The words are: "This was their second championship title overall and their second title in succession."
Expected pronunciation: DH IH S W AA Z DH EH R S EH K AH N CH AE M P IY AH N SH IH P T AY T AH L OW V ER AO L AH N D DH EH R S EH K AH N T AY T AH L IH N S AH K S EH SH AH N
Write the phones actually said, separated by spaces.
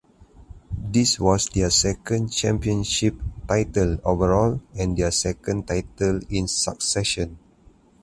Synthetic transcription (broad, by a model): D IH S W AA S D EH S EH K AH N CH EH M P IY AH N SH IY P T AY T AH L OW V ER AO L AH N D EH S EH K AH N T AY T AH L IH N S AH K S EH SH AH N